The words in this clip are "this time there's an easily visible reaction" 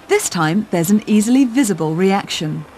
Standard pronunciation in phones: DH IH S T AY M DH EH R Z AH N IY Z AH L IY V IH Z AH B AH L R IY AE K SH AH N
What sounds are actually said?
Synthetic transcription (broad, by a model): DH IH S T AY M DH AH Z AH N IY Z AH L IY V IH Z AH B AH L R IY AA K SH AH N